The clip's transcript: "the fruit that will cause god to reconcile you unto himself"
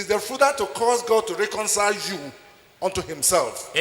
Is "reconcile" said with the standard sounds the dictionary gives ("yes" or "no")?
yes